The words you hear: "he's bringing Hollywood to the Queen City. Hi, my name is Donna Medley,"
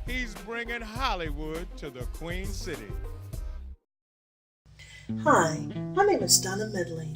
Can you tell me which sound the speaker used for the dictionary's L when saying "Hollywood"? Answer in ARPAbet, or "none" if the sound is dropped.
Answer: L